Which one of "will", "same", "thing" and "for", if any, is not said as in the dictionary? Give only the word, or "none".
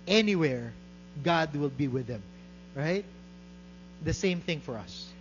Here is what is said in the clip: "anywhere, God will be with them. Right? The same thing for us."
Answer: none